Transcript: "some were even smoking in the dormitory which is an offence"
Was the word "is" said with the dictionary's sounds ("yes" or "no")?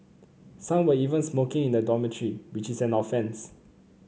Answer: no